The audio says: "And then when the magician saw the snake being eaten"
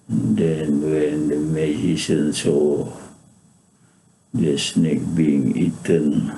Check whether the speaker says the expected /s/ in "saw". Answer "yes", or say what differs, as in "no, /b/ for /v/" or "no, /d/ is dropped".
yes